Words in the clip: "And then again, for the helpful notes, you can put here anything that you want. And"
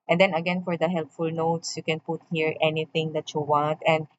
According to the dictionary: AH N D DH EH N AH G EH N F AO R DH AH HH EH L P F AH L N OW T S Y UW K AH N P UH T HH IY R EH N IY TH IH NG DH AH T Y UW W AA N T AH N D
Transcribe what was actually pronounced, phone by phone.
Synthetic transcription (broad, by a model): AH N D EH N AH G EH N F AO R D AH HH EH L P F AH L N OW T S Y UW K AH N P UH T HH IY R EH N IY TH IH NG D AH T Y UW W AA N T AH N D